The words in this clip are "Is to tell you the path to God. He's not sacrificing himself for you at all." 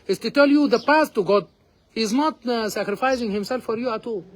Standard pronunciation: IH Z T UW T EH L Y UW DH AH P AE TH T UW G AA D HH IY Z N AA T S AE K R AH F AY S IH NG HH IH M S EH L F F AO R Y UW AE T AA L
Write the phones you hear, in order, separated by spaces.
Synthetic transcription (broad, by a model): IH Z T UW T EH L Y UW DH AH P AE S T UW G AA D HH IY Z N AA T S AE K R AH F AY S IH NG HH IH M S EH L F F AO R Y UW AE T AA L